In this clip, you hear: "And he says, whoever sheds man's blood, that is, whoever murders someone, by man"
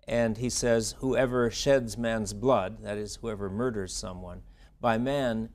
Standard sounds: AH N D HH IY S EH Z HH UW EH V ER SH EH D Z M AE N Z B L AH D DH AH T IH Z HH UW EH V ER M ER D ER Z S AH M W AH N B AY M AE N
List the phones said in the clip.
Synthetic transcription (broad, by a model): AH N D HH IY S EH Z HH UW EH V ER SH EH D Z M AE N Z B L AH D DH AH T IH Z HH UW EH V ER M ER D ER Z S AH M W AH N B AY M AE N